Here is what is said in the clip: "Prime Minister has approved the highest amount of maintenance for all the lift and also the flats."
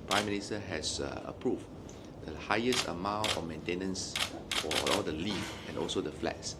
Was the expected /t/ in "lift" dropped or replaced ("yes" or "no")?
yes